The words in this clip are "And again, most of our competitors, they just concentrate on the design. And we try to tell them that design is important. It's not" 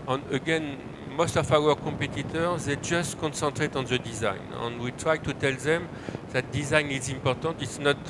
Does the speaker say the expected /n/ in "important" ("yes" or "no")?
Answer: no